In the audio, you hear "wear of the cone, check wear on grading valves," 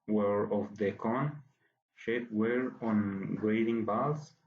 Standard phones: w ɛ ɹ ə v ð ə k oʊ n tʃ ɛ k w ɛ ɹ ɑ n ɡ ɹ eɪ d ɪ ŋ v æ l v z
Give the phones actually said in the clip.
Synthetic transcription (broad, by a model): w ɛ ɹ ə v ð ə k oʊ n ʃ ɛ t w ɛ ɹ ɑ n ɡ ɹ eɪ d ɪ ŋ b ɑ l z